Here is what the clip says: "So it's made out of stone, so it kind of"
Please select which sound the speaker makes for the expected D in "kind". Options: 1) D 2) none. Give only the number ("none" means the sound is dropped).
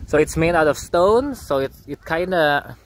1